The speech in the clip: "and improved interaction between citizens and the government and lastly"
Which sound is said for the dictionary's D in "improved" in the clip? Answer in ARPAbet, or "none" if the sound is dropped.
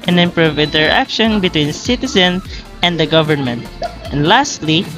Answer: none